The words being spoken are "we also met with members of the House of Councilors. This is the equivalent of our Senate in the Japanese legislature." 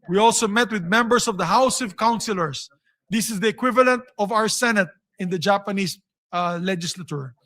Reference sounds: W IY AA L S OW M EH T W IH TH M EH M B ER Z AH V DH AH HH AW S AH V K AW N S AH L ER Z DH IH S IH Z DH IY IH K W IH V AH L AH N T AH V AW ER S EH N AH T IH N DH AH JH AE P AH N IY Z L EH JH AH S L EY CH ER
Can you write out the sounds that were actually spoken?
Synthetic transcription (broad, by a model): W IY AA L S OW M EH T W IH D M EH M B ER S AH V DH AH HH AW S AH V K AW N S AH L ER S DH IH S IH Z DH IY IH K W IH V AH L AH N T AH V AW ER S EH N AH T IH N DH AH JH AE P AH N IY S L EH JH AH S L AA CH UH